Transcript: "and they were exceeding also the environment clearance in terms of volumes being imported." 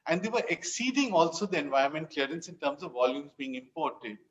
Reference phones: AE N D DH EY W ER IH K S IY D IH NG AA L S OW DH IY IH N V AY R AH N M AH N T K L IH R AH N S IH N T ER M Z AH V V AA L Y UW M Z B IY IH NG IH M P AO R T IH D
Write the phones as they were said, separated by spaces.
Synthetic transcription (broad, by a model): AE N D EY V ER IH K S IY D IH NG AA L S OW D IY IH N V AY AH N M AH N T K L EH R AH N S IH N T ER M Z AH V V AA L Y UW M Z B IY IH NG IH M P AO R T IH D